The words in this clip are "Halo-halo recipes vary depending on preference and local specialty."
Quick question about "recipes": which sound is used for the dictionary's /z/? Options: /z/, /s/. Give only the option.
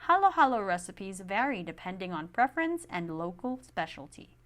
/z/